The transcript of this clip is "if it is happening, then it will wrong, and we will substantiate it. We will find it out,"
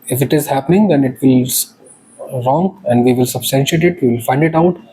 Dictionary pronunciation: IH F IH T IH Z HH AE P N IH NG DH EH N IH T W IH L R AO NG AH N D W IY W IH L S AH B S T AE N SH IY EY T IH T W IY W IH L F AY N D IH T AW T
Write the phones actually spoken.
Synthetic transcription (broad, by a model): IH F IH T IH Z HH AE P N IH NG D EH N IH T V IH L R AO NG AH N D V IY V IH L S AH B S T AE N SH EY T IH T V IY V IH L F AY N D IH T AW T